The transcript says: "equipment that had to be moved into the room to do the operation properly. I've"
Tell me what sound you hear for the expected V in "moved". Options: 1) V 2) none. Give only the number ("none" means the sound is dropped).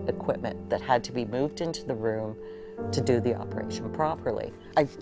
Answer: 1